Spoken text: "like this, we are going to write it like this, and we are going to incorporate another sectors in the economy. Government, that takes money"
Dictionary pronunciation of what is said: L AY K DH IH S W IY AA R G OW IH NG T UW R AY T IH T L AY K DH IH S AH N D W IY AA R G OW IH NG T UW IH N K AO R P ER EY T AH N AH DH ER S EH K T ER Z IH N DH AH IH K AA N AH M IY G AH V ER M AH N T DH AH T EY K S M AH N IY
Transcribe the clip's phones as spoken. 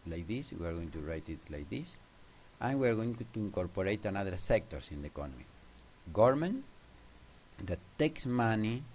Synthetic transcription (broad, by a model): L AY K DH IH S W IY AA R G OW IH NG T UW R AY T IH T L AY K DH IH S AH N W IY AA R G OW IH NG T UW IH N K AO R P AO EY T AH N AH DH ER S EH K T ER S IH N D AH IH K AA N AH M IY G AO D M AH N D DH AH T EY K S M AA N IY